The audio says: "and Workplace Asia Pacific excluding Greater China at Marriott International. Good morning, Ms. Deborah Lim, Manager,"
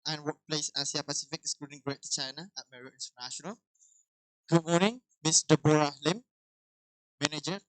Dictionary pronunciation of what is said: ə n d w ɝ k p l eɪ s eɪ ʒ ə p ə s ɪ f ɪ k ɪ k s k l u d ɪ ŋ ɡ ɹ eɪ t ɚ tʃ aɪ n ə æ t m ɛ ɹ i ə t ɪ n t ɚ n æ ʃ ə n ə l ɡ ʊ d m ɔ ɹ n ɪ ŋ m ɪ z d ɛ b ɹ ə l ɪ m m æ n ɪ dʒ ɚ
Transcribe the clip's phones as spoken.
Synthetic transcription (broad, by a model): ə n w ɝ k p l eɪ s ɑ s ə p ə s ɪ f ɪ k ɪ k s k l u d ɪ ŋ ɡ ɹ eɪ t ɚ tʃ aɪ n ə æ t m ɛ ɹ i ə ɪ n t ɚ n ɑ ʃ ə n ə l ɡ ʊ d m ɔ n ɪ ŋ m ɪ s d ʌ b ɹ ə l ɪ m m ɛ n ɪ dʒ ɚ